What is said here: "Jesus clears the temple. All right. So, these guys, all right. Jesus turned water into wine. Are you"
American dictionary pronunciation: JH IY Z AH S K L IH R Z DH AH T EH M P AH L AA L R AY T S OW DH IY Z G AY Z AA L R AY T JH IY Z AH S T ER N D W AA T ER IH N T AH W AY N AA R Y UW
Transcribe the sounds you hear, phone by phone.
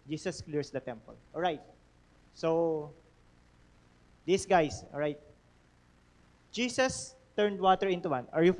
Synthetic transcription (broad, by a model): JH IY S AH S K L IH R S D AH T EH M P AH L AA L R AY T S OW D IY S G AY S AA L R AY T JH IY S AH S T ER N D W AA T ER IH N T AH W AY N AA R Y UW